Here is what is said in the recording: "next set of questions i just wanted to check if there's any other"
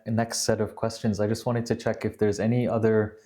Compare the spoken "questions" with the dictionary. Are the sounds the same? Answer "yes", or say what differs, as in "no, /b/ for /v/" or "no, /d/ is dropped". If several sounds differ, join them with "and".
yes